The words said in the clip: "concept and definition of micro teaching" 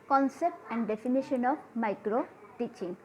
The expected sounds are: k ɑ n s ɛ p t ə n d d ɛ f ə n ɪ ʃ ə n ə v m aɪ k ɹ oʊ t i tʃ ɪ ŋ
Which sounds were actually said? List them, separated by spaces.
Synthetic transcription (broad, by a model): k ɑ n s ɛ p t ə n d d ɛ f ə n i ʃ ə n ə b m aɪ k ɹ oʊ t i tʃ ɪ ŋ